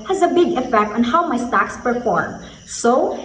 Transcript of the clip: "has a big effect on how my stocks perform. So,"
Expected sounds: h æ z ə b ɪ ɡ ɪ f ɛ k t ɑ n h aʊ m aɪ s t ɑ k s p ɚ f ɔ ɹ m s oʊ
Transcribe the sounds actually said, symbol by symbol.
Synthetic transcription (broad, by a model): h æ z ə b ɪ ɡ ɪ f ɛ k t ɑ n h aʊ m aɪ s t ɑ k s p ɚ f ɔ ɹ m s oʊ